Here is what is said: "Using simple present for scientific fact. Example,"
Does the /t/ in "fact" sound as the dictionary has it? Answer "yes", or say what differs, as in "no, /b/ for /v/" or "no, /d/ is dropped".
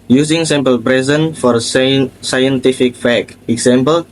no, /t/ is dropped